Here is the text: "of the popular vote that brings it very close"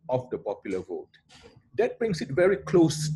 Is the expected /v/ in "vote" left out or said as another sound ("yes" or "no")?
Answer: no